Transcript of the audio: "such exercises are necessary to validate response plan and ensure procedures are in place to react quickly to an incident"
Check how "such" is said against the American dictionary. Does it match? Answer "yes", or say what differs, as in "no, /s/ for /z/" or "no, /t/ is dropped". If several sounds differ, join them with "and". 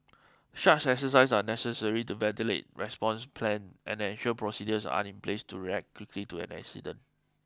no, /ʃ/ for /s/ and /s/ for /tʃ/